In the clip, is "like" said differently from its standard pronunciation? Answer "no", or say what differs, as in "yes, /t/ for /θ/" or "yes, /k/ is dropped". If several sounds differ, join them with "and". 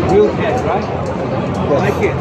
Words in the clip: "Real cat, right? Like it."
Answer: yes, /w/ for /l/